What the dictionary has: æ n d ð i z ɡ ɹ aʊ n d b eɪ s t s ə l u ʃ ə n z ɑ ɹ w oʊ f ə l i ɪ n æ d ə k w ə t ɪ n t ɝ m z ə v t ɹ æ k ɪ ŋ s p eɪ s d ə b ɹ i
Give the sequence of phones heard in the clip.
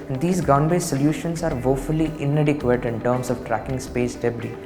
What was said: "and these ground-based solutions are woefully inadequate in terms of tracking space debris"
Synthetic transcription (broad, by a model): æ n d i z ɡ aʊ n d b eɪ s s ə l u ʃ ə n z ɑ ɹ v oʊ f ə l i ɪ n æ d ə k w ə t ɪ n t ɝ m s ə v t ɹ æ k ɪ ŋ s p eɪ s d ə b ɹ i